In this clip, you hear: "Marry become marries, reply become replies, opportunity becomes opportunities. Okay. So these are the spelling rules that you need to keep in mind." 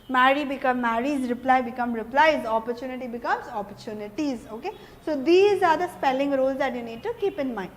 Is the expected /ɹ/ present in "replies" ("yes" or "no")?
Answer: yes